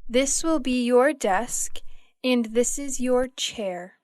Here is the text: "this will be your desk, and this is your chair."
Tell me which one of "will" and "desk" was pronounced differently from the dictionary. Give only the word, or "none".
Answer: none